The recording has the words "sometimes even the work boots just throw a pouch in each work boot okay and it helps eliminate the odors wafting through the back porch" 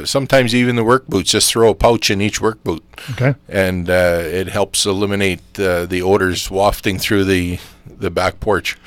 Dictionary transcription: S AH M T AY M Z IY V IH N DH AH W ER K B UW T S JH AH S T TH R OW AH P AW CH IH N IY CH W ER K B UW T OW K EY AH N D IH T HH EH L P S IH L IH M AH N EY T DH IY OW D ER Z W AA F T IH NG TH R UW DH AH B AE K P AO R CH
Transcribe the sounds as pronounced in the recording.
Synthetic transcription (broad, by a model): S AH M T AY M Z IY V IH N DH AH W ER K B UW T JH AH S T TH R OW AH P AW CH IH N IY CH W ER K B UW T OW K EY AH N IH T HH EH L P S IH L IH M AH N EY T DH IY OW D ER Z W AA F T IH NG TH R UW DH AH B AE K P AO R CH